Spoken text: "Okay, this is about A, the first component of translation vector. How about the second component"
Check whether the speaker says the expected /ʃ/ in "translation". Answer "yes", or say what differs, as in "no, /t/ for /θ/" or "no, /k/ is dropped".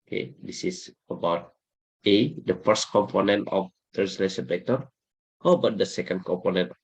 no, /s/ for /ʃ/